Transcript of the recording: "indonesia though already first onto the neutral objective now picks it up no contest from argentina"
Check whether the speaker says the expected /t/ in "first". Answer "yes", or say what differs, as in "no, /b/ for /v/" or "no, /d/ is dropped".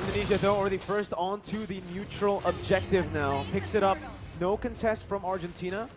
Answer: yes